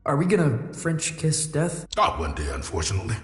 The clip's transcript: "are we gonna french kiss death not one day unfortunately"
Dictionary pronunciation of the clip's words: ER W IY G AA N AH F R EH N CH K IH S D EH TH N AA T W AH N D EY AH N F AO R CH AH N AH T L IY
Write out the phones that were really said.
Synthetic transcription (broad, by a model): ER W IY G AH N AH F R EH N CH K IH S D EH TH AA W AH N D EY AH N F AO R CH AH N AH T L IY